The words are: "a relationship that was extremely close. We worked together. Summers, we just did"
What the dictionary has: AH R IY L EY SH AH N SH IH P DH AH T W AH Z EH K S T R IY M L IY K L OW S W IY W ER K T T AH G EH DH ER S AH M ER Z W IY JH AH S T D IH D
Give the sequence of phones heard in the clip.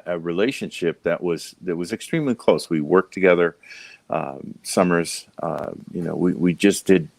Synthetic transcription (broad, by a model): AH R IY L EY SH AH N SH IH P DH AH T W AH Z EH K S T R IY M L IY K L OW S W IY W ER K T T AH G EH DH ER S AH M ER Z W IY JH AH S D IH D